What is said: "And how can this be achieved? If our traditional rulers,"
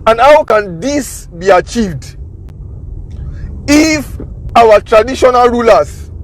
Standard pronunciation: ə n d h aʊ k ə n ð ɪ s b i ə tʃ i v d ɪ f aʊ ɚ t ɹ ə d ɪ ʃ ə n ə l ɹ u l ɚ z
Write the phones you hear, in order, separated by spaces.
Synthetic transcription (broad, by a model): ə n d h aʊ k ə n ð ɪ s b i ə tʃ i v d ɪ f aʊ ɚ t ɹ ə d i ʃ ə n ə l ɹ u l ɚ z